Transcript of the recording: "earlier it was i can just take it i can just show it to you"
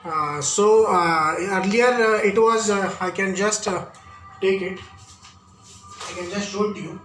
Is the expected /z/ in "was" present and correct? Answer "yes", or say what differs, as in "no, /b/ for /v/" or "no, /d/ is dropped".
yes